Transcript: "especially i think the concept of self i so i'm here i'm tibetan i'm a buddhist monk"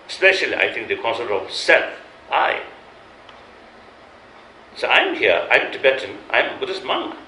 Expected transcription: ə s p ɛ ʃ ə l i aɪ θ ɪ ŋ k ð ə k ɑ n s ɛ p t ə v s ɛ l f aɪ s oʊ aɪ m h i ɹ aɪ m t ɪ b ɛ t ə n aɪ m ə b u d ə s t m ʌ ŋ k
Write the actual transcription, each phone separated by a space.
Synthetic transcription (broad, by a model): s p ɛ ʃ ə l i aɪ t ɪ ŋ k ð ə k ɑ n s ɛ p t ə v s ɛ l f aɪ s oʊ aɪ m h i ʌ aɪ m t ɪ b ɛ t ə n aɪ m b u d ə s m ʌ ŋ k